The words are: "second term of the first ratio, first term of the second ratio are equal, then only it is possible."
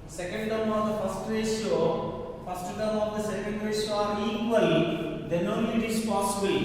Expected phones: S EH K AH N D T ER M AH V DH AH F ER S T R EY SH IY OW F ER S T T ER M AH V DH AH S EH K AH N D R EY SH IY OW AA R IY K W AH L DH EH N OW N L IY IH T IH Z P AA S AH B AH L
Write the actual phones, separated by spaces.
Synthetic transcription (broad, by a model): S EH K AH N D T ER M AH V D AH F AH S T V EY S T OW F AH S T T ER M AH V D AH S EH K AH N D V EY S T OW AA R IY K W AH L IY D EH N IY IH T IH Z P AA S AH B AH L